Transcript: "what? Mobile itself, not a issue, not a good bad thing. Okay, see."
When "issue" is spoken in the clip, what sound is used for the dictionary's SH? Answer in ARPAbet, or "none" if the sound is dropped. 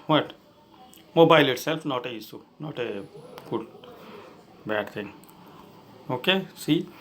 S